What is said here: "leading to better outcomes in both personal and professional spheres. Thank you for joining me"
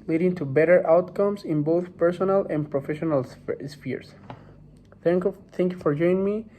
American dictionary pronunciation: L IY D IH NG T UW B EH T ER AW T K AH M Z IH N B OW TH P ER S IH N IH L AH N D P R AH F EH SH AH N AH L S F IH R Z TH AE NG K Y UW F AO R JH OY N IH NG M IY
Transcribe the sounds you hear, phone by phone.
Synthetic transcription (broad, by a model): L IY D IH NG T UW B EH T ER AW T K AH M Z IH N B OW TH P ER S IH N IH L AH N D P R AH F EH SH AH N AH L S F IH R S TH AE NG K Y UW F AO R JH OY IH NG M IY